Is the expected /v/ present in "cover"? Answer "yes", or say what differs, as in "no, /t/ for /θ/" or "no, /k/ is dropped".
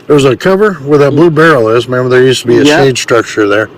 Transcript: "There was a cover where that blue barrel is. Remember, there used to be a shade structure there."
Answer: yes